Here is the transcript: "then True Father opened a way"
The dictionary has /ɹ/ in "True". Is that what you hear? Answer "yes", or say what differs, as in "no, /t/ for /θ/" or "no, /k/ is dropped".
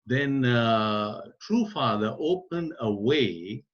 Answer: yes